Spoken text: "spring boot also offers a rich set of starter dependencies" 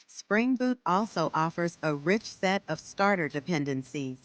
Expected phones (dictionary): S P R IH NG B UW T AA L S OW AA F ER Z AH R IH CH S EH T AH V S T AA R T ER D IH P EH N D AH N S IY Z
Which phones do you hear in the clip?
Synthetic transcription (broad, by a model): S P R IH NG B UW T AA L S OW AA F ER Z AH R IH CH S EH T AH V S T AA R T ER D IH P EH N D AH N S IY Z